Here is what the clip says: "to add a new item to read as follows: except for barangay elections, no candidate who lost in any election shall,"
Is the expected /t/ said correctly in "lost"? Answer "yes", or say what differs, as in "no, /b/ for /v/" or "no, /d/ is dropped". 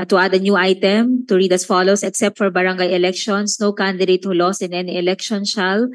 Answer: no, /t/ is dropped